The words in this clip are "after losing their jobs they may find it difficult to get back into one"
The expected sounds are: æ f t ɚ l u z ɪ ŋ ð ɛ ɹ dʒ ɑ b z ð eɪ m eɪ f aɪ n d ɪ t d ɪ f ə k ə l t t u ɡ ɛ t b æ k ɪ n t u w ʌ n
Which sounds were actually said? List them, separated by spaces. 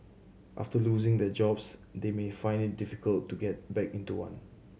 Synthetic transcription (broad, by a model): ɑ f t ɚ l u z ɪ ŋ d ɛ dʒ ɑ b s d eɪ m eɪ f aɪ n d ɪ t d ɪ f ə k ə l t t u ɡ ɛ t b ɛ k ɪ n t u w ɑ n